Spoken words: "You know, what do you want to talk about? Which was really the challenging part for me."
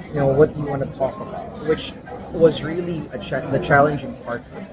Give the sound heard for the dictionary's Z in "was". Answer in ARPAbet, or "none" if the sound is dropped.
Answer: Z